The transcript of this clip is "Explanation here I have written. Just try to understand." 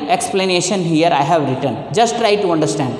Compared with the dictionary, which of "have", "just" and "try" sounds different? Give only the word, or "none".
none